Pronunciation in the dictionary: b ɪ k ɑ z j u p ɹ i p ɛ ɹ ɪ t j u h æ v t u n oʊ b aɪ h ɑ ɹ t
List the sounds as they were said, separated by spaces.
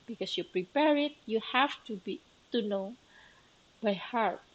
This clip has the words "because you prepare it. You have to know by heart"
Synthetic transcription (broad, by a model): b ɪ k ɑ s j u p ɹ i p ɛ ɹ ɪ t j u h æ b t u n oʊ b aɪ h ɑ ɹ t